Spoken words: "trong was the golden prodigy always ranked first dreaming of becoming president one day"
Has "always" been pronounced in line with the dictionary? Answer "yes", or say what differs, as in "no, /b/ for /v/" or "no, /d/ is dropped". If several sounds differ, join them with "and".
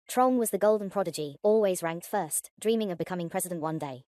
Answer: yes